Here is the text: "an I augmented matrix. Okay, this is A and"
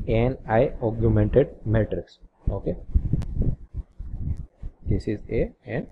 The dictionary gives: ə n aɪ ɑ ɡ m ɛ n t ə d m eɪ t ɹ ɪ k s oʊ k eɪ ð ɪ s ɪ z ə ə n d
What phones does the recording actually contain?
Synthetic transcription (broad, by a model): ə n aɪ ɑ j m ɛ n t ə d m eɪ t ɹ ɪ k s oʊ k eɪ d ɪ s ɪ z ə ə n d